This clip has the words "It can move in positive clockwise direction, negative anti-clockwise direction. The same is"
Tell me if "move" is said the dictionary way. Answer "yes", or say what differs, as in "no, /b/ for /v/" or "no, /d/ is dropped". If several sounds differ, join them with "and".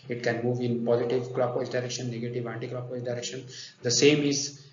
yes